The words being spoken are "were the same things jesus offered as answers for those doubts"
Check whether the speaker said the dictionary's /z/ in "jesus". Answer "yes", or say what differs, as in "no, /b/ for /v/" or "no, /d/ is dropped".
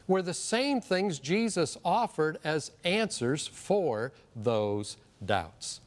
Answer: yes